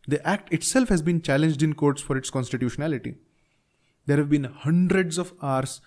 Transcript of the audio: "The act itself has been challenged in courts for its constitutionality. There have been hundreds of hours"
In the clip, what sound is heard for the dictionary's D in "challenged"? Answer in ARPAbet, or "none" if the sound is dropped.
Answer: D